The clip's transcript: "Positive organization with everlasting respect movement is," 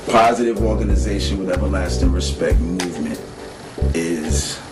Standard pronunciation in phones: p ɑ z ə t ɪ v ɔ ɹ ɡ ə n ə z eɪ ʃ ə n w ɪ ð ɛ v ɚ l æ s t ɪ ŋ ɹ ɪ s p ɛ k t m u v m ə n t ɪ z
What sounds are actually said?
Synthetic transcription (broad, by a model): p ɑ z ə t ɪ v ɔ ɹ ɡ ə n ə z eɪ ʃ ə n w ɪ ð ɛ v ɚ l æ s t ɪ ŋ ɹ ɪ s p ɛ k t m u v m ə n t ɪ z